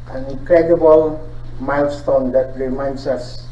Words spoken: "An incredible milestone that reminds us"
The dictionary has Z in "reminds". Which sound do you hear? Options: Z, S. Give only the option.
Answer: S